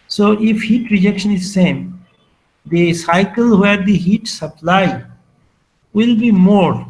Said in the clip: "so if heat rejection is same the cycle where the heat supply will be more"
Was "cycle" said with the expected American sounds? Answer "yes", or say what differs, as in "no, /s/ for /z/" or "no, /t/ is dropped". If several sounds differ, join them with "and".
yes